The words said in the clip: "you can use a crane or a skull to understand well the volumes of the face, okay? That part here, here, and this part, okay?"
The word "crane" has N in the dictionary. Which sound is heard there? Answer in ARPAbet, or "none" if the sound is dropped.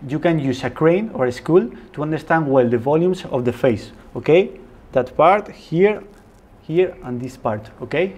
N